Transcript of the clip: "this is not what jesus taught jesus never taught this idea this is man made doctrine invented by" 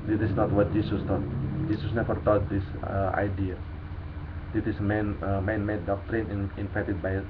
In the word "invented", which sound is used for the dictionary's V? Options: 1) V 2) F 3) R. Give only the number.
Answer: 2